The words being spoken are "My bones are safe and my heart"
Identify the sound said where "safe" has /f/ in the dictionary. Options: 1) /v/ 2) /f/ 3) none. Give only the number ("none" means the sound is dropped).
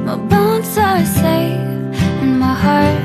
3